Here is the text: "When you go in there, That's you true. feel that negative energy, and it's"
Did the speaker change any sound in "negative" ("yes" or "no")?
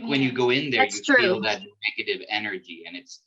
no